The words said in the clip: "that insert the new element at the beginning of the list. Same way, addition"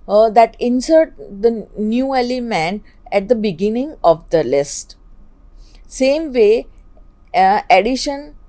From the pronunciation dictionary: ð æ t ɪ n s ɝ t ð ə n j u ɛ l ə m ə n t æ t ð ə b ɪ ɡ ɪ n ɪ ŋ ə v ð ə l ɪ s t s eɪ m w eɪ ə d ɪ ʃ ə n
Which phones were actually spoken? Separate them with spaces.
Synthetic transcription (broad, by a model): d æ t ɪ n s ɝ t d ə n j u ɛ l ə m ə n æ t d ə b ɪ ɡ ɪ n ɪ ŋ ə v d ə l ɪ s t s eɪ m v eɪ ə d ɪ ʃ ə n